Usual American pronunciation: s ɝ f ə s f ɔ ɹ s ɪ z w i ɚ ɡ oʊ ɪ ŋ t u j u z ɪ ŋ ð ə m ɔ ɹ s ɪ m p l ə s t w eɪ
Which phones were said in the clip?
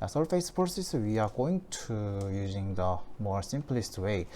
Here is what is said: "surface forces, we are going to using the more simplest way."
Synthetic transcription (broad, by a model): s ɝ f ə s p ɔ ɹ s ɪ s w i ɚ ɡ oʊ ɪ ŋ t u j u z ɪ ŋ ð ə m ɔ ɹ s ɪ m p l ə s t w eɪ